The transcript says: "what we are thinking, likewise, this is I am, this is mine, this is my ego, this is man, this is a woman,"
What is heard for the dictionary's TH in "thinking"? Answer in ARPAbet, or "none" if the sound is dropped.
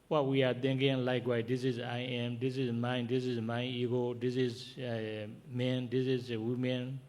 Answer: T